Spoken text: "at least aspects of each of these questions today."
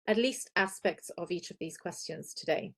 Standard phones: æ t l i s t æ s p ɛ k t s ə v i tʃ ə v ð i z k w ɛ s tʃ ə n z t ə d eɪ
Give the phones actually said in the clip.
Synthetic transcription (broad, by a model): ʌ t l i s t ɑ s p ɛ k t s ə v i tʃ ə v ð i z k w ɛ s tʃ ə n z t ə d eɪ